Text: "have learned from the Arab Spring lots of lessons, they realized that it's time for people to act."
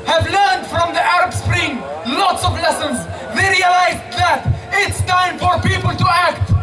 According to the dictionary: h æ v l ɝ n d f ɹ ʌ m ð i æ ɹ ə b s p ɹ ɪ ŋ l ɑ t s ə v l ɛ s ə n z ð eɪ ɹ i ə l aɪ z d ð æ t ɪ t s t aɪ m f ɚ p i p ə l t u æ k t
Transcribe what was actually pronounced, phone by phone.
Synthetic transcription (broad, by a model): h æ v l ɝ n d f ɹ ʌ m ð i æ ɹ ə b s p ɹ ɪ ŋ l ɑ t s ə v l ɛ s ə n z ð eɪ ɹ i ə l aɪ z d ð æ t ɪ t s t aɪ m f ɚ p i p ə l t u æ k t